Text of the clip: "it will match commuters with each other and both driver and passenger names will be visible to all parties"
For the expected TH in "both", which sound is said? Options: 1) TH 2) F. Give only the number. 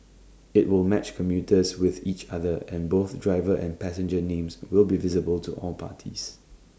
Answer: 1